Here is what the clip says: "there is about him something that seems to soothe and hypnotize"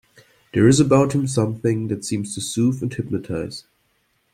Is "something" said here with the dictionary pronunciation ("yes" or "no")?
yes